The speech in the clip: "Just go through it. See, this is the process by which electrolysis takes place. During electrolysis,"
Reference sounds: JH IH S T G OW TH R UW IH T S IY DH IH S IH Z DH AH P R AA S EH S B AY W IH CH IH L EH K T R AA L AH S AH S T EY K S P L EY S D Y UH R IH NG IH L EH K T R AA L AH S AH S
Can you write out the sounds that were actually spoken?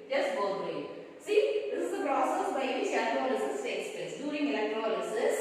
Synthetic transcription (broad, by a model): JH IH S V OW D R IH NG S IY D IH S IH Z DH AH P R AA S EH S B AY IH IH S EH T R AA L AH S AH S S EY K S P EY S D Y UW R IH NG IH L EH K T R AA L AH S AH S